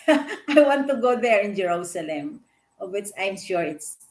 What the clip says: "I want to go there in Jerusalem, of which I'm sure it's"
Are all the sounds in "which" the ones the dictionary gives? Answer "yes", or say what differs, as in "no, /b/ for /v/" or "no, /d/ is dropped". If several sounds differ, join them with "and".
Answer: no, /s/ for /tʃ/